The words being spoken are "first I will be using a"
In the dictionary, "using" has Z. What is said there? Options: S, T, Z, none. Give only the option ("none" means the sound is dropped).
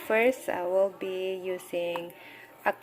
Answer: S